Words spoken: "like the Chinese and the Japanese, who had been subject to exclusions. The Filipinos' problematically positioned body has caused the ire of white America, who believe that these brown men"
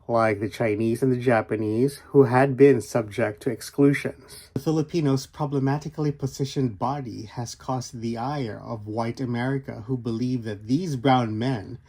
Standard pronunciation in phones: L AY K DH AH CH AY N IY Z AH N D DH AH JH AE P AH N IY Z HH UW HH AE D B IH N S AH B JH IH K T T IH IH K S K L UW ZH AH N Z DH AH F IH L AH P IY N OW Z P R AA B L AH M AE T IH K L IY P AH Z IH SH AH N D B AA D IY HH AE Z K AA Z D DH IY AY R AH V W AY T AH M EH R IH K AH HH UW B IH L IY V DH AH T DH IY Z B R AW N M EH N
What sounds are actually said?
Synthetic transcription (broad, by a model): L AY K DH AH CH AY N IY Z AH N DH AH JH AE P AH N IY Z HH UW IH D B IH N S AH B JH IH K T T IH IH K S K L UW ZH AH N Z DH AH F IH L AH P IY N OW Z P R AA B L AH M AE T IH K L IY P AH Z IH SH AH N B AA D IY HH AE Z K AA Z DH IY AY R AH V W AY T AH M EH R IH K AH HH UW B IH L IY V DH AH T DH IY Z B R AW N M EH N